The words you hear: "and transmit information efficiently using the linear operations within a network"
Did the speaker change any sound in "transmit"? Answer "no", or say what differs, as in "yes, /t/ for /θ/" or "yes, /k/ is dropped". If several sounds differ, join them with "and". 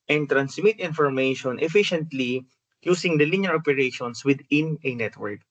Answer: yes, /s/ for /z/